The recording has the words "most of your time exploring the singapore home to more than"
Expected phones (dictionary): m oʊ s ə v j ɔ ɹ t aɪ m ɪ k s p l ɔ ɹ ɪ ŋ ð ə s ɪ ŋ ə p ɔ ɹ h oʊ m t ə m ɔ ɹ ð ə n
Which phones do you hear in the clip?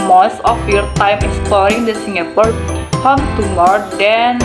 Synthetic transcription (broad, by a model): m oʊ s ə f j ɔ ɹ t aɪ m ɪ s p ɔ ɹ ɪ ŋ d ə s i ŋ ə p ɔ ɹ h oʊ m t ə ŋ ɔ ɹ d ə n